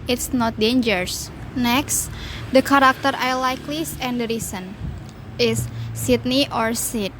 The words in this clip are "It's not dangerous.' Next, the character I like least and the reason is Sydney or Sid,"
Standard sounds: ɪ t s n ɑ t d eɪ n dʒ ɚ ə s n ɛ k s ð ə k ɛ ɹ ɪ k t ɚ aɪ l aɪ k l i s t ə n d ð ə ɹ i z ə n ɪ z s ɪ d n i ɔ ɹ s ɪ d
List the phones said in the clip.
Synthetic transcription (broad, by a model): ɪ t s n ɑ t d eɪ n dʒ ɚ s n ɛ k s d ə k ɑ ɹ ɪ k t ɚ aɪ l aɪ k l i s ə n d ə ɹ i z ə n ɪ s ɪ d n i ɔ ɹ s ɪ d